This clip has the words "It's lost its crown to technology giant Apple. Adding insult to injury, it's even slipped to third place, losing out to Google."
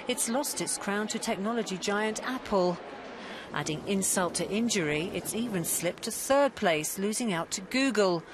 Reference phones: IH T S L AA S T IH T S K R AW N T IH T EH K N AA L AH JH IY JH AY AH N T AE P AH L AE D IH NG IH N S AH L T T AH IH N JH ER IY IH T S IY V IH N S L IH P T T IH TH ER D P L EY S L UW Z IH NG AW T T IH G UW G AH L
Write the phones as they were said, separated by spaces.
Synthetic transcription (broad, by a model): IH T S L AA S T IH T S K R AW N T IH T EH K N AA L AH JH IY JH AY AH N T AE P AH L AE D IH NG IH N S AH L T T IH N JH ER IY IH T S IY V IH N S L IH P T T IH TH ER D P L EY S L UW Z IH NG AW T T IH G UW G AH L